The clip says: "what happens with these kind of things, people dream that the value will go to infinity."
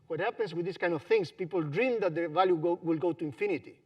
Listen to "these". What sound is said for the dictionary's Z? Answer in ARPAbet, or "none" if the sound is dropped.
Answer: S